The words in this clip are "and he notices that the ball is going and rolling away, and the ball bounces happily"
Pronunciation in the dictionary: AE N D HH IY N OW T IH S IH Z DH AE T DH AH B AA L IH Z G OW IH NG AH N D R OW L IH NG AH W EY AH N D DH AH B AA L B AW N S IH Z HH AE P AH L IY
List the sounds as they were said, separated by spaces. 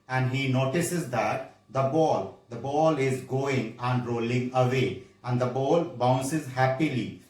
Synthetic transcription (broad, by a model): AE N D HH IY N OW T IH S IH Z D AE T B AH B AA L IH Z G OW IH NG AH N D R OW L IH NG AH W EY AH N D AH B AA L B AW N S IH Z HH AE P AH L IY